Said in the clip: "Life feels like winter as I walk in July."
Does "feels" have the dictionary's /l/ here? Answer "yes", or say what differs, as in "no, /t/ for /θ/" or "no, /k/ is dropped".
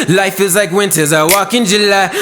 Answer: no, /l/ is dropped